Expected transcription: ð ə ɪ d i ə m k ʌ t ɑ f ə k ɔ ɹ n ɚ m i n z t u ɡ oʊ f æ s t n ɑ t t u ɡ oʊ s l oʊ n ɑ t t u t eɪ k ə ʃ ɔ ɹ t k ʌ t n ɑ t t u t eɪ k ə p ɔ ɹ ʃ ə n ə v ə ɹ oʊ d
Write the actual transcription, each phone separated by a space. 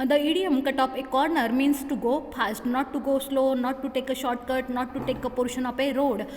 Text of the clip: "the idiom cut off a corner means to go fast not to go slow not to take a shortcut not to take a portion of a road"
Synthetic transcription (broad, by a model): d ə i d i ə m k ʌ t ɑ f ə k ɔ ɹ n ɚ m i n s t u ɡ oʊ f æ s t n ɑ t t u ɡ oʊ s l oʊ n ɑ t t u t eɪ k ə ʃ ɔ ɹ t k ʌ t n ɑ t t u t eɪ k ə p ɔ ɹ ʃ ə n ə p ə ɹ oʊ d